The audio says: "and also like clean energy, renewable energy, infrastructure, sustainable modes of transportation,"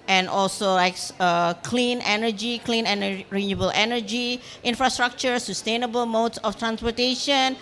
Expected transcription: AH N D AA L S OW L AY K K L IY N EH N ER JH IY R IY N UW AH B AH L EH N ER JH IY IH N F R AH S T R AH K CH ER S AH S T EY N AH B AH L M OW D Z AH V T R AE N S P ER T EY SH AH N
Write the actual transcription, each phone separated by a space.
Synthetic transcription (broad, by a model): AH N AA L S OW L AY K K L IY N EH N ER JH IY L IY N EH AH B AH L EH N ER JH IY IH N F R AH S T R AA K CH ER S AH S T EY N AH B AH L M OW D S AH F T R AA N S P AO T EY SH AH N